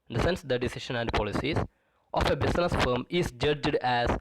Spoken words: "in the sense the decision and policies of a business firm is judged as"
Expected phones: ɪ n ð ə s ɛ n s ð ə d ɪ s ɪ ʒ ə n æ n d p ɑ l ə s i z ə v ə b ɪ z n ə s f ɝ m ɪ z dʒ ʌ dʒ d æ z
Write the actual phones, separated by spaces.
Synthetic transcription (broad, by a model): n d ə s ɛ n s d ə d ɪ s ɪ ʃ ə n æ n d p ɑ l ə s i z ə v ə b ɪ s n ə s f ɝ m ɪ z dʒ ʌ dʒ d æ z